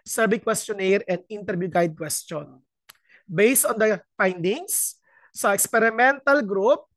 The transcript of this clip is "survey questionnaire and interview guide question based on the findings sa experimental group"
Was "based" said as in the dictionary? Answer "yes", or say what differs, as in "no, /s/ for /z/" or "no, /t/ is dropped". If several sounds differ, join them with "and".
yes